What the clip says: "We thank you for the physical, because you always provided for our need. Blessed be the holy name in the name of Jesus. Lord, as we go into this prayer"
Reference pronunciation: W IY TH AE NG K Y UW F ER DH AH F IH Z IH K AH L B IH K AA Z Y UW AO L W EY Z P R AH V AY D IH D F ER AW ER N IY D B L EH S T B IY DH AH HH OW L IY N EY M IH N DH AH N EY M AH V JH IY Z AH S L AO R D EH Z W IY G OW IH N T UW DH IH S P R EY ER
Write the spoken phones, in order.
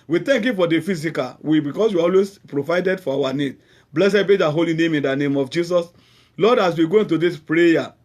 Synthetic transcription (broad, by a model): W IY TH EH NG K Y UW F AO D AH F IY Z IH K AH W B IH K AA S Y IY AO L W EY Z P R AH V AY D IH D F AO AW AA N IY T B L EH S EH B IY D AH HH OW L IY N EY M IH N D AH N EY M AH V JH IY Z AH S L AO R D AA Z W IY G OW IH N T UW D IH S P R EY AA